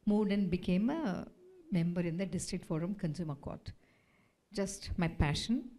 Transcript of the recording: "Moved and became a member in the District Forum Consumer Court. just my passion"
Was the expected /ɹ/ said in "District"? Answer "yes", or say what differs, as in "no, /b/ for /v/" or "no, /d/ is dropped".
yes